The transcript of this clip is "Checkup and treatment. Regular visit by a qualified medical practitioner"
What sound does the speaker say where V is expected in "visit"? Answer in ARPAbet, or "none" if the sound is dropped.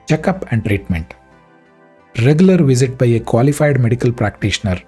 V